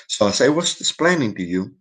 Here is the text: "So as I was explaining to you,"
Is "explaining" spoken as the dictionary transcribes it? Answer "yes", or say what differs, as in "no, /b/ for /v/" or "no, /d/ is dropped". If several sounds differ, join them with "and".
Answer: no, /k/ is dropped